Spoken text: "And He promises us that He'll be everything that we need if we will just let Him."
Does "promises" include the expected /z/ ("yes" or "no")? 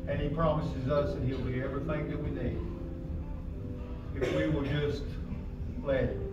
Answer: yes